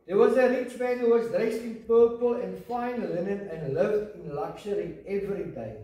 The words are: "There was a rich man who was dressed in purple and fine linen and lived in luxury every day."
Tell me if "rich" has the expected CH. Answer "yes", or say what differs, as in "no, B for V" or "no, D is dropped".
yes